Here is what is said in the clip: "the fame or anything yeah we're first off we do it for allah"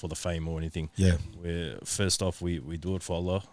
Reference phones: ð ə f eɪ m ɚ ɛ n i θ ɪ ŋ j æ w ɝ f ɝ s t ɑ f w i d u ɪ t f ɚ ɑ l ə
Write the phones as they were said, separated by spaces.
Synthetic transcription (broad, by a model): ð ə f eɪ m ɚ ɛ n i θ ɪ ŋ j æ w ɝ f ɝ s t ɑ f w i d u ɪ t f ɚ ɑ l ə